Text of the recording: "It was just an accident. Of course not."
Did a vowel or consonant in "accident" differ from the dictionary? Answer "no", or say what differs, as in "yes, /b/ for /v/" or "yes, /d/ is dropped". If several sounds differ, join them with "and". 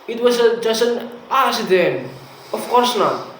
yes, /k/ is dropped